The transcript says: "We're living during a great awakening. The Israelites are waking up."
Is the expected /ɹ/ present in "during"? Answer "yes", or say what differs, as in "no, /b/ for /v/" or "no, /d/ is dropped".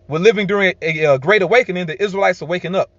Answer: yes